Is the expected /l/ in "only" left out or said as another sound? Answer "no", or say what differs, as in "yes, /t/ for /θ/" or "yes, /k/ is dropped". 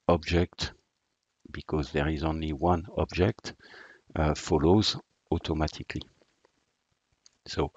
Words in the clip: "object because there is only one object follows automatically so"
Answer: no